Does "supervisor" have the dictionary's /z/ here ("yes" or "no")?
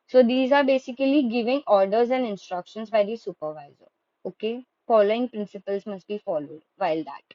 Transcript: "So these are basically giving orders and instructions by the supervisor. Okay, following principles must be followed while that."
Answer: yes